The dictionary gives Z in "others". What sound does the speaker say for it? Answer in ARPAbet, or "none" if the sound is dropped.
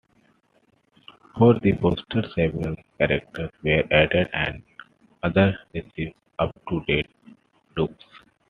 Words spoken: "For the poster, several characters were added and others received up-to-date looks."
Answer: none